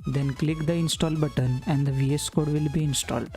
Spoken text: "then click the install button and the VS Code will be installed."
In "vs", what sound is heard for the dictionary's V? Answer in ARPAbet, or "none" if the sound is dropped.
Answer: V